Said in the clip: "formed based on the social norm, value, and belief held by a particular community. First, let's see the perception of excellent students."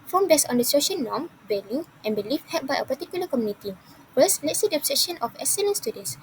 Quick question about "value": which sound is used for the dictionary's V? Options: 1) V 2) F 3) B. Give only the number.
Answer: 3